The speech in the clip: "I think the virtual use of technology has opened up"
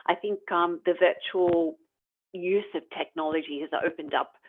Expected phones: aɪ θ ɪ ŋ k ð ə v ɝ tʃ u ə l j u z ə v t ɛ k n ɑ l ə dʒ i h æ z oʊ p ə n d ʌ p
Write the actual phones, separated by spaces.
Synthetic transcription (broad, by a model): aɪ θ ɪ ŋ k ð ə v ɝ tʃ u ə l j u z ə v t ɛ k n ɑ l ə dʒ i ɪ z oʊ p ə n d ʌ p